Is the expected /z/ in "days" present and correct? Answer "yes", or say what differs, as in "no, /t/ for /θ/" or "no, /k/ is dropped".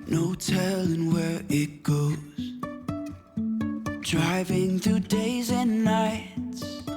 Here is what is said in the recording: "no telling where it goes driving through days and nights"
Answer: yes